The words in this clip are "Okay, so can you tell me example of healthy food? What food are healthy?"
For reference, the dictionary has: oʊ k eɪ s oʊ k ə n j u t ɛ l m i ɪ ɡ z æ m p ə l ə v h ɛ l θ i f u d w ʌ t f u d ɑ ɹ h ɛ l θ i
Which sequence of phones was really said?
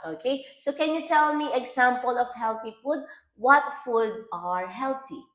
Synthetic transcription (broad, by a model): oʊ k eɪ s oʊ k ə n j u t ɛ l m i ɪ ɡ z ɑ m p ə l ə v h ɛ l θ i f u d w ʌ t f u d ɑ ɹ h ɛ l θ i